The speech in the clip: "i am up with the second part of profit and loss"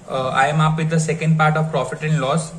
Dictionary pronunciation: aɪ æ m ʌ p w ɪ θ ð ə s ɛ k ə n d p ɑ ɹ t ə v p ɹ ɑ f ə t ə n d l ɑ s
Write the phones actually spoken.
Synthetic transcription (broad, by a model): aɪ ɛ m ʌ p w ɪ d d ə s ɛ k ə n d p ɑ ɹ t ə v p ɹ ɑ f ə t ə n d l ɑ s